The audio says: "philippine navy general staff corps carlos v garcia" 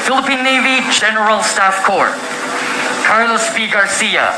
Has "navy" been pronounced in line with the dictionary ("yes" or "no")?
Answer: yes